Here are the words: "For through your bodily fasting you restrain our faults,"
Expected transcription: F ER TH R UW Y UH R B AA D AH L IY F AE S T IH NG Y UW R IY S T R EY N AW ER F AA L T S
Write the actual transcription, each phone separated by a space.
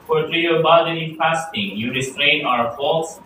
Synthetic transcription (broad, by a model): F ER T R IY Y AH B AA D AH N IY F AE S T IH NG Y UW R IY S T R EY N AW ER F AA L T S